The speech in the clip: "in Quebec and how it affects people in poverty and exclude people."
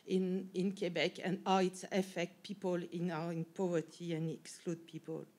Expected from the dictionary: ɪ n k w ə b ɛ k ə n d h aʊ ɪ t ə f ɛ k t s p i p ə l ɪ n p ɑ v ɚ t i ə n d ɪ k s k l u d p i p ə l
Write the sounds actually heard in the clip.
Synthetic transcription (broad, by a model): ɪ n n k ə b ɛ k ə n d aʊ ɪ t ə f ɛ k t p i p ə l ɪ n p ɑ v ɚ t i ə n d ɪ k s k l u d p i p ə l